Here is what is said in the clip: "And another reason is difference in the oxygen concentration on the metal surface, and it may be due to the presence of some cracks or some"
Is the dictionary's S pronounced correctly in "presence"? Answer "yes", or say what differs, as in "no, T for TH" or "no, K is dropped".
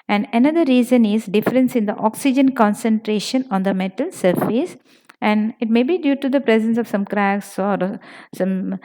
yes